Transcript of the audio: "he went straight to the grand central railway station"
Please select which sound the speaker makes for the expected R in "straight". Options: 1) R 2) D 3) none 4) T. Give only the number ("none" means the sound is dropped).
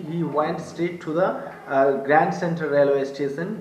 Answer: 3